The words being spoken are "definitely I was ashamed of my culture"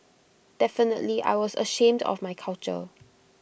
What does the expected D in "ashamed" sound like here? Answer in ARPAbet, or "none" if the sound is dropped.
D